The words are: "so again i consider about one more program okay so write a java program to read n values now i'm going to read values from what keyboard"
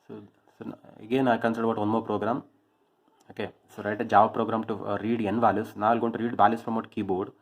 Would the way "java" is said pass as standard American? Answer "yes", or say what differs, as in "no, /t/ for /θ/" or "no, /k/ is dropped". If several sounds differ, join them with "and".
yes